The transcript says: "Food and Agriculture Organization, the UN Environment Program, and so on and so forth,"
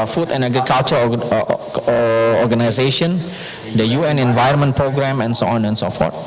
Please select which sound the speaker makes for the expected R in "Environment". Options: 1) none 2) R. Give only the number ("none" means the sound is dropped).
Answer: 1